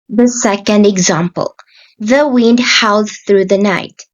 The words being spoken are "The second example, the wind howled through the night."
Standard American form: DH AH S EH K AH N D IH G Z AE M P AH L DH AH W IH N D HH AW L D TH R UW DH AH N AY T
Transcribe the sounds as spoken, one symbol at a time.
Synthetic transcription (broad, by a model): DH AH S EH K AH N D IH G Z AE M P AH L DH AH W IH N D HH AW L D TH R UW DH AH N AY T